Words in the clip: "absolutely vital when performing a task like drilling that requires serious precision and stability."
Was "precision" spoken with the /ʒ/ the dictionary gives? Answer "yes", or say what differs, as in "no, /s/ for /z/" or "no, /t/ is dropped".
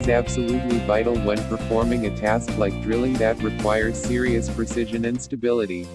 yes